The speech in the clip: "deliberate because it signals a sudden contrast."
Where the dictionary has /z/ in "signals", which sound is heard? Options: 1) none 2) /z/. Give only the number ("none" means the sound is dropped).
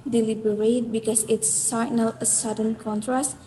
1